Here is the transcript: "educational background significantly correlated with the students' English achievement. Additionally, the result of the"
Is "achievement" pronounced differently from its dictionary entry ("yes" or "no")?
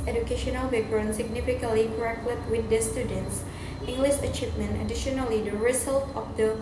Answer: no